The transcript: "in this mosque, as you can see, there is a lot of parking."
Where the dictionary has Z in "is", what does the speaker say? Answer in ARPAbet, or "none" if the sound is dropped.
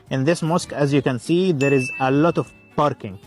Z